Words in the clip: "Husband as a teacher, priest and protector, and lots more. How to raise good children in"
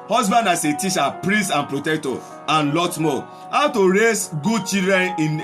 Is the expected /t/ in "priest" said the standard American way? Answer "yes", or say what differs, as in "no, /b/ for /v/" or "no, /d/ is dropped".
no, /t/ is dropped